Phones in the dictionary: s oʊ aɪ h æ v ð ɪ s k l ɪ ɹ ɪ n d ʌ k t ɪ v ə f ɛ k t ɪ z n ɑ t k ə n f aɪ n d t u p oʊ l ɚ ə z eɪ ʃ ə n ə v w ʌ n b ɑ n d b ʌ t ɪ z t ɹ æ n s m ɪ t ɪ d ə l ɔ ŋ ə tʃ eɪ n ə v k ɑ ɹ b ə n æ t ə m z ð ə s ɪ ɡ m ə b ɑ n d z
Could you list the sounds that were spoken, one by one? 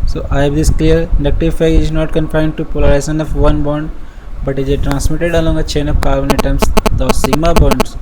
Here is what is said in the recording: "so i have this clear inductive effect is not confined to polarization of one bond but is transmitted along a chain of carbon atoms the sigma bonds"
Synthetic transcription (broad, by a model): s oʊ aɪ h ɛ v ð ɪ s k l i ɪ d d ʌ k t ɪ f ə ɪ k ɪ z n ɑ t k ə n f aɪ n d t u p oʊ l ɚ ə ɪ s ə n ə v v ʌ n b ɑ n d b ʌ t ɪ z t ɹ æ n s m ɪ t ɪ d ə l ɔ ŋ ə tʃ eɪ n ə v k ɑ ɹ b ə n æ t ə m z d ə s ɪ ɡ m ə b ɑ n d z